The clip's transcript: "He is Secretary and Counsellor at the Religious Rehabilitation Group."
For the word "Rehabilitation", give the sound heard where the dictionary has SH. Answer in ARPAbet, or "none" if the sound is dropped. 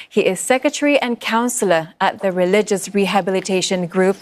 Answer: SH